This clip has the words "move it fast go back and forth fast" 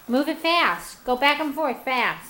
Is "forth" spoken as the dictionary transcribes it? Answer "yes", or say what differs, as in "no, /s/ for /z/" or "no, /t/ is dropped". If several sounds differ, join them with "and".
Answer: yes